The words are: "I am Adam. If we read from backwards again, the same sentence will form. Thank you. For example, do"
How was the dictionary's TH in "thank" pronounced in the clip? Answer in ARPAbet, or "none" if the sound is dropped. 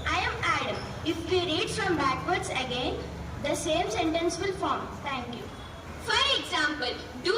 T